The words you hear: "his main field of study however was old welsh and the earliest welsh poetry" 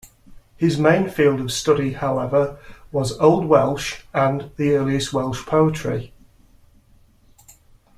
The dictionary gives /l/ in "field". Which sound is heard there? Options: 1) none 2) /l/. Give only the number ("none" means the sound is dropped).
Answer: 2